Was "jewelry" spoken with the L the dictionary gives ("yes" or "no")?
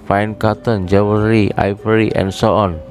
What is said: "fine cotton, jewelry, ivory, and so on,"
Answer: no